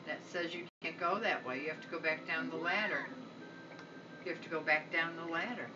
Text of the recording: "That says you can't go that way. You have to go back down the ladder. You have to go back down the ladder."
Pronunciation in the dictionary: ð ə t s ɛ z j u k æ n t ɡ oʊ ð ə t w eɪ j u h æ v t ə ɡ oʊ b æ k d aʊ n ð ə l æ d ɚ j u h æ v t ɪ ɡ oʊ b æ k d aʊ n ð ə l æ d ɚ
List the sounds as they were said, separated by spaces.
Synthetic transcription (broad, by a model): ð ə t s ɛ z j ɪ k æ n ɡ oʊ ð ə t w eɪ j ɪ h æ f t ə ɡ oʊ b æ k d aʊ n ð ə l æ d ɚ j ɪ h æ f t ɪ ɡ oʊ b æ k d aʊ n ð ə l æ d ɚ